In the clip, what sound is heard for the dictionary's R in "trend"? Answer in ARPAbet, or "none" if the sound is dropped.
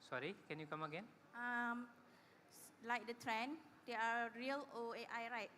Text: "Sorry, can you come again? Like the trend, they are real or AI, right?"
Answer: R